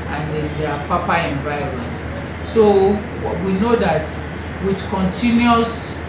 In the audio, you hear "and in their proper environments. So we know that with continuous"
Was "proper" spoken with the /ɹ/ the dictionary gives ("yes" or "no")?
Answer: no